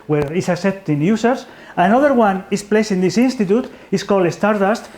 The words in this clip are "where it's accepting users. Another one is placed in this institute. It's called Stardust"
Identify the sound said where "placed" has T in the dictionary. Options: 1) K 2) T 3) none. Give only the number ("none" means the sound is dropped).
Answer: 3